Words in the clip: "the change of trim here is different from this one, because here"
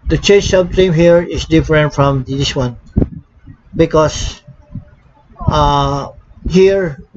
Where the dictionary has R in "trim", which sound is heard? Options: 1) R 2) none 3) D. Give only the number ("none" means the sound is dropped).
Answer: 2